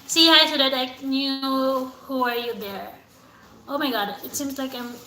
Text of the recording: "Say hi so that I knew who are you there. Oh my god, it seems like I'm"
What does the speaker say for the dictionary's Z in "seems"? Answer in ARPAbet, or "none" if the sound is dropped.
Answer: Z